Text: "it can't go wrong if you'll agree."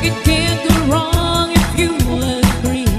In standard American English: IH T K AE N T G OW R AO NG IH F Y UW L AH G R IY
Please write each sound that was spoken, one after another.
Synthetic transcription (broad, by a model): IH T K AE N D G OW R AO NG IH F Y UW W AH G R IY